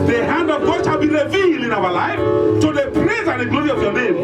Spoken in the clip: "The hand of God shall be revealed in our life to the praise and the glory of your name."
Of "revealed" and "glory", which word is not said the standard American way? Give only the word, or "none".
revealed